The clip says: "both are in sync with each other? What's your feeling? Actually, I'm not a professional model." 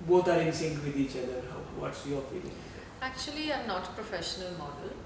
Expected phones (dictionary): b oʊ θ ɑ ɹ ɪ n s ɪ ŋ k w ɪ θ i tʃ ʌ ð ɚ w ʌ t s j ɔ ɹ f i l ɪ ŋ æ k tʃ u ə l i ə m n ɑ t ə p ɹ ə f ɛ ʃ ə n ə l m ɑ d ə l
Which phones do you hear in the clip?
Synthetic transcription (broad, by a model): b oʊ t ɑ ɹ ɪ n s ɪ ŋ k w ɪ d i tʃ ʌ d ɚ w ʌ t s j ɔ ɹ f i l ɪ ŋ æ k tʃ u ə l i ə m n ɑ t p ɹ ə f ɛ ʃ ə n ə l m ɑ d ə l